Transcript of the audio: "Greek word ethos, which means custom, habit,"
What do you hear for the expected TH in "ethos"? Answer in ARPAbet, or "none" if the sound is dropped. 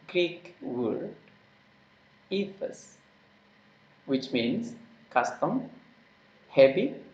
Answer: F